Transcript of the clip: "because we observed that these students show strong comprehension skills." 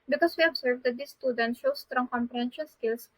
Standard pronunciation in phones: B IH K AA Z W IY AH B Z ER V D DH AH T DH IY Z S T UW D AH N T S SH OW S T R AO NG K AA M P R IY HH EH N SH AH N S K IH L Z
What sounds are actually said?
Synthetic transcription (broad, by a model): B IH K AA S W IY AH B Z ER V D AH T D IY S T UW D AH N T SH OW S T R AO NG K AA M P IY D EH N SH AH L S K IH L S